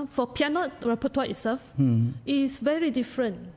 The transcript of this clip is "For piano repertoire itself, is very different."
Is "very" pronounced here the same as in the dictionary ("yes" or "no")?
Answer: yes